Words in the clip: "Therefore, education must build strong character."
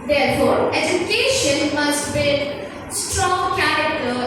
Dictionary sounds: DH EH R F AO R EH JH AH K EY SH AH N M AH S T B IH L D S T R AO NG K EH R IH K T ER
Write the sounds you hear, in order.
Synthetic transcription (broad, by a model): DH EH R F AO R EH JH AH K EY SH AH N M AH S T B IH D S T R AO NG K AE R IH K T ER